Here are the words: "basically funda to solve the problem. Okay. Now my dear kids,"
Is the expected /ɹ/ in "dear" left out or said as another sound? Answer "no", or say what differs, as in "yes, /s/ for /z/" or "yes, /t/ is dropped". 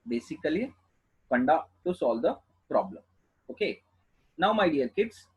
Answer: yes, /l/ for /ɹ/